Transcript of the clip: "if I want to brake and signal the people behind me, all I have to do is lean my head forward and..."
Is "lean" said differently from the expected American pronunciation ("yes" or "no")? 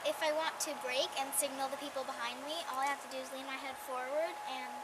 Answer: no